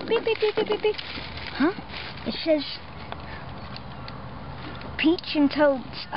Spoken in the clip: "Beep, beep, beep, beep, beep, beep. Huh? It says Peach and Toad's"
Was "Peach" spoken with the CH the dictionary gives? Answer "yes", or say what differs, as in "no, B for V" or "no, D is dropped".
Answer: yes